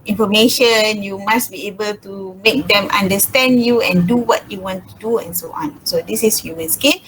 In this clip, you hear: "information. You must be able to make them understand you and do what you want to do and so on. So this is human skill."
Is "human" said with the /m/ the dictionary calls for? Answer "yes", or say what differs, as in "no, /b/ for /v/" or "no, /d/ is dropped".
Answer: no, /m/ is dropped